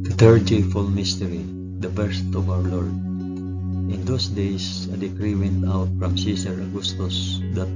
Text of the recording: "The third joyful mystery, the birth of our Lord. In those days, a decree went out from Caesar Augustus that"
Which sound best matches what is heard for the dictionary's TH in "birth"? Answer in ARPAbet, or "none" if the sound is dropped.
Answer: T